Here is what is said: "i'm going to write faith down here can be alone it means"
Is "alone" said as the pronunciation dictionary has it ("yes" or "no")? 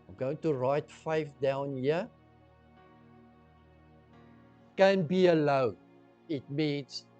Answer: no